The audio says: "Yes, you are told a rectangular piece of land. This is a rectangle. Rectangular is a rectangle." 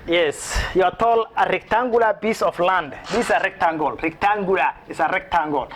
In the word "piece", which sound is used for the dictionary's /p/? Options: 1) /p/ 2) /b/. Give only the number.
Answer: 2